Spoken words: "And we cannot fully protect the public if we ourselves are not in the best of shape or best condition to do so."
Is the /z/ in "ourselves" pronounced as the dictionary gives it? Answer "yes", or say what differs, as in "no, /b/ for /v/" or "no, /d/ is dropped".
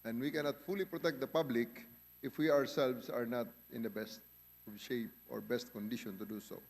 no, /s/ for /z/